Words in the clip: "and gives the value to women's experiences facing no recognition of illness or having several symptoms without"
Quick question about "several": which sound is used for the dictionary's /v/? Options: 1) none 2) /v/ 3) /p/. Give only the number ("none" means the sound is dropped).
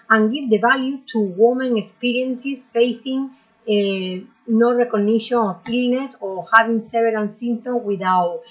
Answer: 1